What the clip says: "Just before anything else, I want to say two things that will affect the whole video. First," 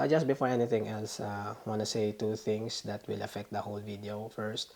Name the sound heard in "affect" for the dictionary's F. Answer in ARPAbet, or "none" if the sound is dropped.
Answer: F